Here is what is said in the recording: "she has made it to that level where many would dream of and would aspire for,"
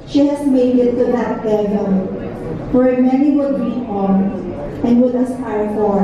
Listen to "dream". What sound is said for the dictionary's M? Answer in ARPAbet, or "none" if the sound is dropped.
none